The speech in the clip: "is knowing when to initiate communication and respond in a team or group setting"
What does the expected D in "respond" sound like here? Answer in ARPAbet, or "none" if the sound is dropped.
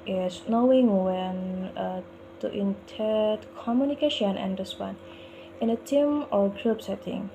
none